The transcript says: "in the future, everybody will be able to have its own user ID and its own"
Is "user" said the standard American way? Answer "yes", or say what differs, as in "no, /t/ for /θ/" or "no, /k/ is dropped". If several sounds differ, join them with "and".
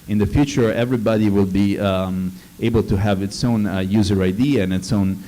yes